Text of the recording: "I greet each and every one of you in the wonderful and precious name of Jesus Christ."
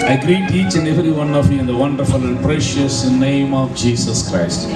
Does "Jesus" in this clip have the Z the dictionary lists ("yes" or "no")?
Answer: no